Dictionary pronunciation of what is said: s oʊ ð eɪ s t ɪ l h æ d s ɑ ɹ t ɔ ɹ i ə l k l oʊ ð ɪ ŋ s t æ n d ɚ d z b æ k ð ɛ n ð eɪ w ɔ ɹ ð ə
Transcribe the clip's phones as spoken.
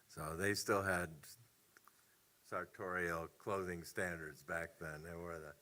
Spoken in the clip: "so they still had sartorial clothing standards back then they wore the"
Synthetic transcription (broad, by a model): s oʊ ð eɪ s t ɪ l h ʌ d s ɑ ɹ t ɔ ɹ i l k l oʊ ð ɪ ŋ s t æ n d ɚ d z b æ k ð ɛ n ð eɪ w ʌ ɹ ð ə